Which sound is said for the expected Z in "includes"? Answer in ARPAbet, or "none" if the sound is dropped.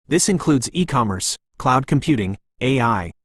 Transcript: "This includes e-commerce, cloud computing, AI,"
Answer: Z